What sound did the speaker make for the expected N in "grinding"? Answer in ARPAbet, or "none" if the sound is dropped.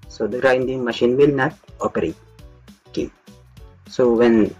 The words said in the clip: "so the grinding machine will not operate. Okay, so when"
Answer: N